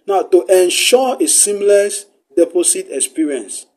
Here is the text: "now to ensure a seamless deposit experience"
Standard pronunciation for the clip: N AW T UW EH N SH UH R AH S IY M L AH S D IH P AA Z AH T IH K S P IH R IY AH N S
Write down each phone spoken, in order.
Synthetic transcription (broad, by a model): N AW T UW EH N SH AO AH S IY M L AH S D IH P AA S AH T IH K S P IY R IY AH N S